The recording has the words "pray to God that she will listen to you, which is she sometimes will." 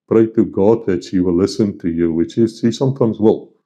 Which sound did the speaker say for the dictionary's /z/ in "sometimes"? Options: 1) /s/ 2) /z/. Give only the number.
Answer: 2